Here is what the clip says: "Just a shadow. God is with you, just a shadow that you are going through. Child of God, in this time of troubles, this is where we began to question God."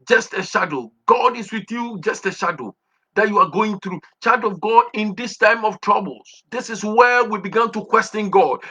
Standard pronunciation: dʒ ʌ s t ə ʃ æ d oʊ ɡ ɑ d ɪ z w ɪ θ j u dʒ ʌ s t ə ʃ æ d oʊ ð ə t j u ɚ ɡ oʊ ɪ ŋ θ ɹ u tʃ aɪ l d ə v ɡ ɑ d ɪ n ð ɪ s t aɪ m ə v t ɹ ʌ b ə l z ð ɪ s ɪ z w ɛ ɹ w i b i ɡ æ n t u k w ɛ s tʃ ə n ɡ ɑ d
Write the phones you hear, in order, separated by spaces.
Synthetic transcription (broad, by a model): dʒ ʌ s t ə ʃ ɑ d oʊ ɡ ɑ d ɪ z w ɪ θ j u dʒ ʌ s t ə ʃ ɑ d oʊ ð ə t j u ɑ ɡ oʊ ɪ ŋ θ ɹ u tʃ aɪ d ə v ɡ ɑ d ɪ n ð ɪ s t aɪ m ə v t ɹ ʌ b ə l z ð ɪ s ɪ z w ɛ w i b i ɡ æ n t u k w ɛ s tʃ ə n ɡ ɑ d